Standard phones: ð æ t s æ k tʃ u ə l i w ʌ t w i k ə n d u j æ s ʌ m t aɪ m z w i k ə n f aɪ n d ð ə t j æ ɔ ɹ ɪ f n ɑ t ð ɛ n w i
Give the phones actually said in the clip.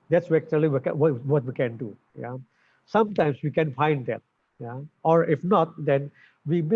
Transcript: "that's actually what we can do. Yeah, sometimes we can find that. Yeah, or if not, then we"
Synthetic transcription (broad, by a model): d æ t s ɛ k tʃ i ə w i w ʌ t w i k ə n d u j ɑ s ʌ m t aɪ m s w i k ə n f aɪ n d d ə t j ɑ ɔ ɹ ɪ f n ɑ t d ɛ n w i